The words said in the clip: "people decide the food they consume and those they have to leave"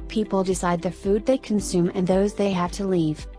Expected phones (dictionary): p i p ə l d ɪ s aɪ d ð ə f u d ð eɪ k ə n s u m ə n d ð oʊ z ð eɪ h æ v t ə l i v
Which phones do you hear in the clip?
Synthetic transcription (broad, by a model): p i p l d ɪ s aɪ d ð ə f u d ð eɪ k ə n s u m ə n ð oʊ z ð eɪ h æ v t ə l i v